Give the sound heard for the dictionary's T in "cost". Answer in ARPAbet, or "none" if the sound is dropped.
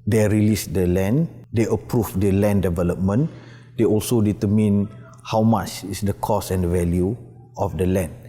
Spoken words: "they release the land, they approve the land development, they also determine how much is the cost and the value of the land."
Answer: none